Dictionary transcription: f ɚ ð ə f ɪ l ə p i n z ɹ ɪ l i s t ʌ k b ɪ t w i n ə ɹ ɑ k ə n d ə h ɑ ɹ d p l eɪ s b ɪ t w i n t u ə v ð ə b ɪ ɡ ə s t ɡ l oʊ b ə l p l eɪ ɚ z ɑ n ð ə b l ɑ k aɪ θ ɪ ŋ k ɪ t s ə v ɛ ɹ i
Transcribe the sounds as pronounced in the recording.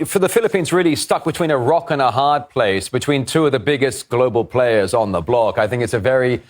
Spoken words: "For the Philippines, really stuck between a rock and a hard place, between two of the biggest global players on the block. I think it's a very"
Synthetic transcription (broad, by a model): f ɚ ð ə f ɪ l ə p i n z ɹ ɪ l i s t ʌ k b ɪ t w i n ə ɹ ɑ k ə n ə h ɑ ɹ d p l eɪ s b ɪ t w i n t u ə v ð ə b ɪ ɡ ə s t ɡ l oʊ b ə l p l eɪ ɚ z n ð ə b l ɑ k aɪ θ ɪ ŋ k ɪ t s ə v ɛ ɹ i